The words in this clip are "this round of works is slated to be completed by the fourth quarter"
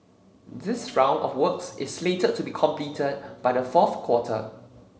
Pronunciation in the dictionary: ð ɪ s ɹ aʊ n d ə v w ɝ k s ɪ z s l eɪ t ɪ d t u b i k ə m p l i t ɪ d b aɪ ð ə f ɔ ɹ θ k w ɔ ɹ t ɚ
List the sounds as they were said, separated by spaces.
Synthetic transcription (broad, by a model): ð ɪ s ɹ aʊ n d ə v w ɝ k s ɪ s l eɪ t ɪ t u b i k ə m p l i t ɪ d b aɪ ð ə f ɔ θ k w ɔ t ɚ